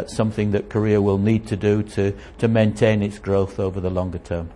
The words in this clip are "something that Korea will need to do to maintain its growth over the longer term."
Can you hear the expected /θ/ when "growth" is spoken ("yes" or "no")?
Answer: yes